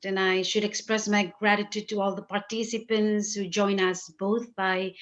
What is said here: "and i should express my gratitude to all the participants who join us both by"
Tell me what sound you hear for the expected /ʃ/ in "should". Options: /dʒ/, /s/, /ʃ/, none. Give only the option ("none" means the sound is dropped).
/ʃ/